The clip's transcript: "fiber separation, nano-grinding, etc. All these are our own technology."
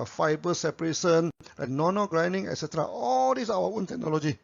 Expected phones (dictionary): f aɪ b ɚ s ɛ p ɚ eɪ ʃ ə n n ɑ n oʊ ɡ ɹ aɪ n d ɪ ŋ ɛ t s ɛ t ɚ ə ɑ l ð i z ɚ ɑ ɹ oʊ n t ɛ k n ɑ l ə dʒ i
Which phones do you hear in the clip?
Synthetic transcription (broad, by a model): f aɪ b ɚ s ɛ p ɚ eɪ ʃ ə n n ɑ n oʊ ɡ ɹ aɪ n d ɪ ŋ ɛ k s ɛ t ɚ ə ɑ l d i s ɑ w oʊ n t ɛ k n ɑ l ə dʒ i